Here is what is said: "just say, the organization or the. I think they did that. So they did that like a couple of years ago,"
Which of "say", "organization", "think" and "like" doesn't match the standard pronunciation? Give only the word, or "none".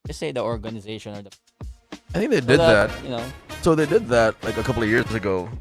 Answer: none